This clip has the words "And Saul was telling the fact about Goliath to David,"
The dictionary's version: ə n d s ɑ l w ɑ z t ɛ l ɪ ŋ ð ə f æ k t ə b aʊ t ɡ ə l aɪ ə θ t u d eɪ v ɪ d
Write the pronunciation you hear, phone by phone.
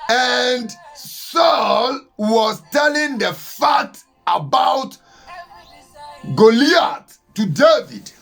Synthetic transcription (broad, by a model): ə n d s ɑ l w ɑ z t ɛ l ɪ ŋ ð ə f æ t ə b aʊ t ɡ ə l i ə t u d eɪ v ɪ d